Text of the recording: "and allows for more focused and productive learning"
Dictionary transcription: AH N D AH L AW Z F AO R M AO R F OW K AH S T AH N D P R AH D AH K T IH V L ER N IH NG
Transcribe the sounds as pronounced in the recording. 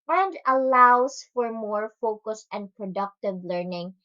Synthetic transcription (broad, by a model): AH N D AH L AW S F AO R M AO R F OW K AH S T AH N D P R AH D AH K T IH V L ER N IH NG